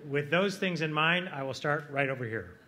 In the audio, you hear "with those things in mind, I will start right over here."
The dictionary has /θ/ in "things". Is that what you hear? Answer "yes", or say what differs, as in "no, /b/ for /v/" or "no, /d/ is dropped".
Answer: yes